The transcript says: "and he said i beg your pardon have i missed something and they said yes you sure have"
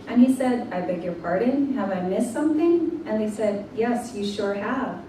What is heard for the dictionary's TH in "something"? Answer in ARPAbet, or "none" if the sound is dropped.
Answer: TH